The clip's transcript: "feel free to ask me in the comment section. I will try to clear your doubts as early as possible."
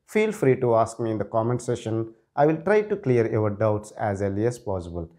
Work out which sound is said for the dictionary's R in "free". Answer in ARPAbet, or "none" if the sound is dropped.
R